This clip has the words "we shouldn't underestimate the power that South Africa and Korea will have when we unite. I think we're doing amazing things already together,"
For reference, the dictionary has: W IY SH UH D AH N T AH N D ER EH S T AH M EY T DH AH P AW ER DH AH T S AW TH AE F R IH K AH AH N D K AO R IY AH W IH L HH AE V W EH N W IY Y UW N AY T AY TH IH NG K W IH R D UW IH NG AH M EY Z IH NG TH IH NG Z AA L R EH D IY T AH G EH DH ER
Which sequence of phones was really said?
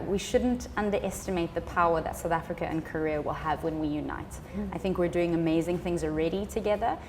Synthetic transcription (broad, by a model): W IY SH UH D N T AH N D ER EH S T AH M EY T DH AH P AW ER DH AH T S AW TH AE F R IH K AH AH N K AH R IY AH W IH L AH V W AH N W IY Y UW N AY T AY TH IH NG K W IH R D UW IH NG AH M EY Z IH NG TH IH NG Z AA L R EH D IY T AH G EH DH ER